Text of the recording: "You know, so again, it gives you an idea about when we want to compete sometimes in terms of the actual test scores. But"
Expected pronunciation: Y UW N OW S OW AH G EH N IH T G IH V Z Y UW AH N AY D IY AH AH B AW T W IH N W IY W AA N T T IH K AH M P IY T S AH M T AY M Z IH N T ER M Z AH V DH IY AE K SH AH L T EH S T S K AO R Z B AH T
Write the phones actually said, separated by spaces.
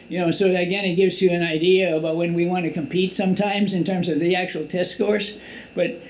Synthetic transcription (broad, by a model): Y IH N OW S OW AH G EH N IH T G IH V Z Y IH AH N AY D IY AH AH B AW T W IH N W IY W AA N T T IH K AH M P IY T S AH M T AY M Z IH N T ER M Z AH V DH IY AE K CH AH L T EH S T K AO R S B AH T